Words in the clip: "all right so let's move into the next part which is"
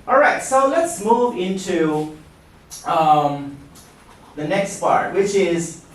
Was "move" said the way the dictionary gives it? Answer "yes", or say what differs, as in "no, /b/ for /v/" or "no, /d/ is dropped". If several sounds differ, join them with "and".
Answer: yes